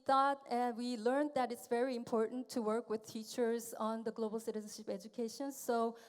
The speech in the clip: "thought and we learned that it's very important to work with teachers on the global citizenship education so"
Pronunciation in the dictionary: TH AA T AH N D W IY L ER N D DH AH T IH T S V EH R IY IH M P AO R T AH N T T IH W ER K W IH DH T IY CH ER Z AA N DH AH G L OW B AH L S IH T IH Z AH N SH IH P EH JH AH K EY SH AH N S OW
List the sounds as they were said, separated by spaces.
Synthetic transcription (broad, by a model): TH AA T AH N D W IY L ER N DH AH T IH T S V EH R IY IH M P AO R T N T T IH W ER K W IH DH T IY CH ER Z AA N DH AH G L OW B L S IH T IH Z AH N SH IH P EH JH AH K EY SH AH N S OW